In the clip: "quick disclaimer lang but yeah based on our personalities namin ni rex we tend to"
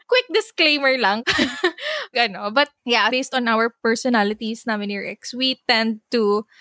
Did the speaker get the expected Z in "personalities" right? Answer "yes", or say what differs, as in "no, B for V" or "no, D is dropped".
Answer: no, S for Z